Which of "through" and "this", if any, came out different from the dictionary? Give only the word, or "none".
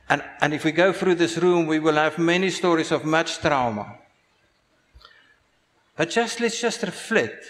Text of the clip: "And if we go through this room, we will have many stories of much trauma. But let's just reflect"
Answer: none